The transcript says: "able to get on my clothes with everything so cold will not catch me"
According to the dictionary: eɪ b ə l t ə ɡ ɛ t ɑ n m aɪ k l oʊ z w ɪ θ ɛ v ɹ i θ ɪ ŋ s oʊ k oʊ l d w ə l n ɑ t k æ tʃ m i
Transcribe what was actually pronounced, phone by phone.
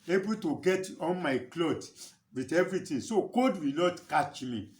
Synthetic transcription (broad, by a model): eɪ b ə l t ə ɡ ɛ t ɑ n m aɪ k l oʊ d w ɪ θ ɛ v ɹ i t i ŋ s oʊ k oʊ d w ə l n ɑ t k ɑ tʃ m i